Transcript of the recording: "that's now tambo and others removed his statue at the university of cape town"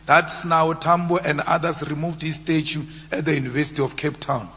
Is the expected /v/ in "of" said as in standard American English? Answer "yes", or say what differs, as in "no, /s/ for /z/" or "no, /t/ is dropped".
no, /f/ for /v/